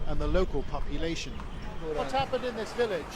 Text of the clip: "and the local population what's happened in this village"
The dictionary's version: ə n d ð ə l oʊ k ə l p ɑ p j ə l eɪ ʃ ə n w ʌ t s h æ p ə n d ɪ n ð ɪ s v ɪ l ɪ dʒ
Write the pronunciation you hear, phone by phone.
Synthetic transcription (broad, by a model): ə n ð ə l oʊ k ə l p ɑ p j ə l eɪ ʃ ə n w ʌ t h æ p ə n d ɪ n ð ɪ s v ɪ l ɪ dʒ